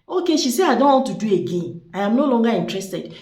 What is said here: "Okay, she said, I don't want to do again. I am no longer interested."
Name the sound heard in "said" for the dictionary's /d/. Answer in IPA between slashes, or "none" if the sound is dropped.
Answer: none